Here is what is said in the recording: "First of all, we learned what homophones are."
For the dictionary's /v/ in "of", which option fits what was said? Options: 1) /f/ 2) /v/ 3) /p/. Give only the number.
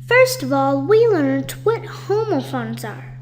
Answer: 2